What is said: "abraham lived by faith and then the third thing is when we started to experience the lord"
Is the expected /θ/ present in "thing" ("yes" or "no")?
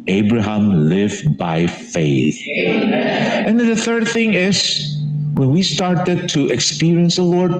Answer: yes